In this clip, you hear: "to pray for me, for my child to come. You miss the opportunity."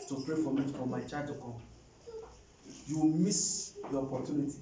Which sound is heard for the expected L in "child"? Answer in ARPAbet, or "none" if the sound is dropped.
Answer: none